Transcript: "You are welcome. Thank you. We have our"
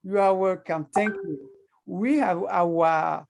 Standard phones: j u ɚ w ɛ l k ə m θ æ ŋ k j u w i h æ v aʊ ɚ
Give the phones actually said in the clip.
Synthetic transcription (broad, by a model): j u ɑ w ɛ k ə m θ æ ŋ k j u w i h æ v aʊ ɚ